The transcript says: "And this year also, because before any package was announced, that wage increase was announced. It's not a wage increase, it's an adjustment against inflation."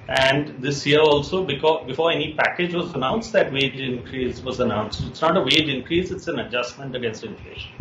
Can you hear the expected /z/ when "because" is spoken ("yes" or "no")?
no